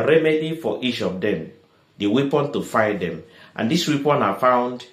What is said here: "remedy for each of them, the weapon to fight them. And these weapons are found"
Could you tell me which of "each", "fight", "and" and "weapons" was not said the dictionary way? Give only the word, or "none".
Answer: weapons